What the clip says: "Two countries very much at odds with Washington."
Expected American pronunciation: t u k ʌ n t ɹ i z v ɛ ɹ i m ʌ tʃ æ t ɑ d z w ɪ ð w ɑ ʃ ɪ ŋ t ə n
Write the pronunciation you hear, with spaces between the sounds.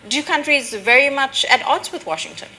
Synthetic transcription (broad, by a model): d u k ʌ n t ɹ i z v ɛ ɹ i m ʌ tʃ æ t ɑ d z w ɪ ð w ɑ ʃ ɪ ŋ t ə n